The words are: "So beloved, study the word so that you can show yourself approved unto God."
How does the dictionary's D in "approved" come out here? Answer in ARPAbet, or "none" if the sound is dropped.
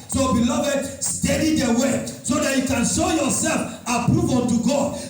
none